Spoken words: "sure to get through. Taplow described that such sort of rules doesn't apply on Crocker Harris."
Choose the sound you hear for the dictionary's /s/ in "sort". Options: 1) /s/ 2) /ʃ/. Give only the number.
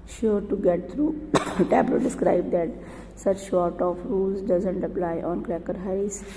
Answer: 2